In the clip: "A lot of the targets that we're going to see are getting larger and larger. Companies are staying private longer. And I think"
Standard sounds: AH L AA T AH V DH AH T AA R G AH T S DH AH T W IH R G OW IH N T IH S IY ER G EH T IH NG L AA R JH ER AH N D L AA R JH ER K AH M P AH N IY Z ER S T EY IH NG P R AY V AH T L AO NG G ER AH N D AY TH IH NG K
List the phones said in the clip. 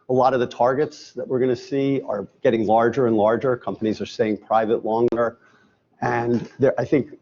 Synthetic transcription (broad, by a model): AH L AA T AH V DH AH T AA R G AH T S DH AH T W IH R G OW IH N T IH S IY ER G EH T IH NG L AA R JH ER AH N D L AA R JH ER K AH M P AH N IY Z ER S T EY IH NG P R AY V AH T L AO NG G ER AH N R AY TH IH NG K